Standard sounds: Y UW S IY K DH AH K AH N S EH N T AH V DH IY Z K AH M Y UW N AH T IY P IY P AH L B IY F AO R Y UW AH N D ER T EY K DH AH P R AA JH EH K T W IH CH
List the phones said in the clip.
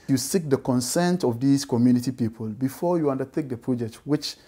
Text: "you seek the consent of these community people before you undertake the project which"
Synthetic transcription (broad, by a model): Y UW S IY K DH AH K AH N S EH N T AH V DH IY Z K AH M Y UW N AH T IY P IY P AH L B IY F AO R Y UW AH N D ER T EY K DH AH P R AA JH EH K T W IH CH